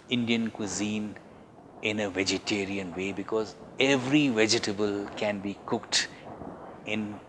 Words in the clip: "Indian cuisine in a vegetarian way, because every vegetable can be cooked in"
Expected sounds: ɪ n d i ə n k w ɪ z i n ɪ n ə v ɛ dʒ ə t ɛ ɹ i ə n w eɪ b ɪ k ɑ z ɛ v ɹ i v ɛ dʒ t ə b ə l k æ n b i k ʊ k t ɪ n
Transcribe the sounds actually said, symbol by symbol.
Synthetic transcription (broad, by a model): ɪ n d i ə n k w ɪ z i n ɪ n ə v ɛ dʒ ə t ɛ ɹ i ə n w eɪ b ɪ k ɑ z ɛ v ɹ i v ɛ dʒ t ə b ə l k æ n b i k ʊ k t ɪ n